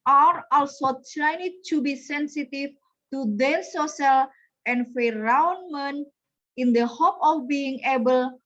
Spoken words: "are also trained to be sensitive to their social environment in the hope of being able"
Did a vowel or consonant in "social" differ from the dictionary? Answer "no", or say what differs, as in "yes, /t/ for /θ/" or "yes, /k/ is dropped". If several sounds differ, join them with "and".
yes, /s/ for /ʃ/